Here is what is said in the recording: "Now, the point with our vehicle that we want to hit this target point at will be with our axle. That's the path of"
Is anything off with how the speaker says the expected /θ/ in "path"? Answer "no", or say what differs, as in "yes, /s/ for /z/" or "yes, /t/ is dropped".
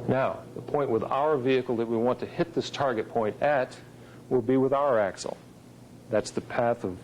no